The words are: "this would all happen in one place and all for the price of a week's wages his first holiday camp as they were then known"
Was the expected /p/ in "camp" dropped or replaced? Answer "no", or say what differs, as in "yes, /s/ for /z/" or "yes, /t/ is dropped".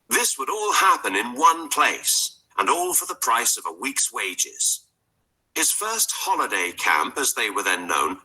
no